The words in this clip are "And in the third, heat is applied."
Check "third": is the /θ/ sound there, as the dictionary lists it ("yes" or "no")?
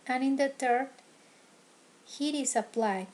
no